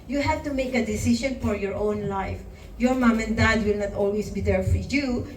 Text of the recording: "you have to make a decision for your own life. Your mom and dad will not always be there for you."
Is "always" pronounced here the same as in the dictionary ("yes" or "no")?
no